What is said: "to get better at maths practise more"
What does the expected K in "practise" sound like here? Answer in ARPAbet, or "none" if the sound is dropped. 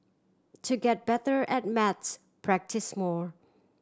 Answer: K